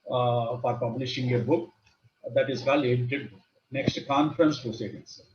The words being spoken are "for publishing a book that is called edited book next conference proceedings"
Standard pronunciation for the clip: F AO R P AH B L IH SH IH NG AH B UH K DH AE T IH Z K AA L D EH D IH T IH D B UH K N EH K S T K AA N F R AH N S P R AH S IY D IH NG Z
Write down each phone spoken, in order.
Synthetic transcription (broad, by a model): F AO R P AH B L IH SH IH NG AH B UH K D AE T IH Z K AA L EH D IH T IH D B N EH K S T K AA N F R AH N S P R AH S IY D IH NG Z